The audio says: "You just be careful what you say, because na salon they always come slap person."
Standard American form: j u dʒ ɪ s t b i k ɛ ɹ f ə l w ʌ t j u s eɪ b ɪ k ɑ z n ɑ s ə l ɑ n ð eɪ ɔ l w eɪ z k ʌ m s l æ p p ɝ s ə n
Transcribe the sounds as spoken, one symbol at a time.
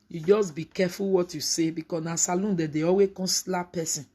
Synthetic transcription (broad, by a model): j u dʒ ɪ s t b i k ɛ f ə l w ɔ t j u s eɪ b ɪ k ɑ s n ɑ s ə l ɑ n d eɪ ɔ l w eɪ k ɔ s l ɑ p p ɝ s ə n